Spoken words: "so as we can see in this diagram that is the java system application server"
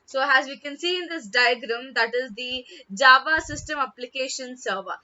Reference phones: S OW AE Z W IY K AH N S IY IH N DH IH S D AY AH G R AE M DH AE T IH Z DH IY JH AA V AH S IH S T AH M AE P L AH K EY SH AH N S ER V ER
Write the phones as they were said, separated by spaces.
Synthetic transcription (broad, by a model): S OW AE Z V IY K AH N S IY IH N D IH S D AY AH G R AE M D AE T IH Z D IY JH AA V AH S IH S T AH M AE P L AH K EY SH AH N S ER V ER